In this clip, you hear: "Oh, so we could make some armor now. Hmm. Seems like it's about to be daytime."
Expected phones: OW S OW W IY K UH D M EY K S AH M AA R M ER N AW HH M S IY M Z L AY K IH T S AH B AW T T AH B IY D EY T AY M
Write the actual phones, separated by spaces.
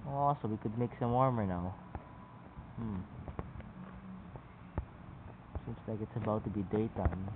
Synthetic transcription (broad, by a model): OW S OW W IY K UH D M EY K S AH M AA R M ER N AW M S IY M S L AY K IH T S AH B AW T T AH B IY D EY T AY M